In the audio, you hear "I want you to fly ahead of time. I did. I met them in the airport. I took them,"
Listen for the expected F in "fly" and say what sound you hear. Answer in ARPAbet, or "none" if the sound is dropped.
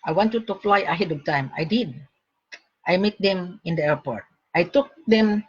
F